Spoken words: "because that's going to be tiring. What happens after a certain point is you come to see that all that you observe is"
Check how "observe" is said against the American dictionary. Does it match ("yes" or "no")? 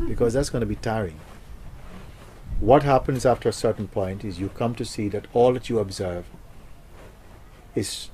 yes